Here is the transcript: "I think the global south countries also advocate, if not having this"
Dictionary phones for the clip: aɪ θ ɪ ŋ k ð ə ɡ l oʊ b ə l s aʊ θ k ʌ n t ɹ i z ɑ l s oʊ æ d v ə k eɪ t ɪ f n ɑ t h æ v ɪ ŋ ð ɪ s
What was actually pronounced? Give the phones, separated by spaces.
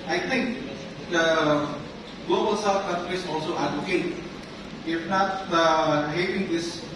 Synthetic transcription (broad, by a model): aɪ t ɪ ŋ k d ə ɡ l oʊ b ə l s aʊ f k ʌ n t ɹ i s ɑ l s oʊ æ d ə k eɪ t ɪ f n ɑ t h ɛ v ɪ ŋ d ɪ s